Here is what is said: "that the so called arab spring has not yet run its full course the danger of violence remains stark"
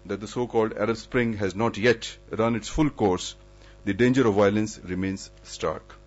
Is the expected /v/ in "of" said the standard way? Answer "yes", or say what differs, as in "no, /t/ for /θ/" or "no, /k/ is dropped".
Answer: yes